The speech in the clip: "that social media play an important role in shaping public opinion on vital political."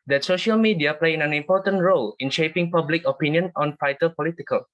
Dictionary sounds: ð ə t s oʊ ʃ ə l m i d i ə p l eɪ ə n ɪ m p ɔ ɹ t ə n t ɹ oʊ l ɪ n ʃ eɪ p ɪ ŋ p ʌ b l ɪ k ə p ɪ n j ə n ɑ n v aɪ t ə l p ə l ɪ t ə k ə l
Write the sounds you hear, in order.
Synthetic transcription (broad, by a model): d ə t s oʊ ʃ ə l m i d i ə p l eɪ ə n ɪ m p ɔ t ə n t ɹ oʊ l ɪ n ʃ eɪ p ɪ ŋ p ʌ b l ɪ k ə p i n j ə n ɑ n f aɪ t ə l p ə l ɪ t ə k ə l